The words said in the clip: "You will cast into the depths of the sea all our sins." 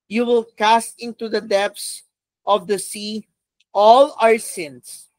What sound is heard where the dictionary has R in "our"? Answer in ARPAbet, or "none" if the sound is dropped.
R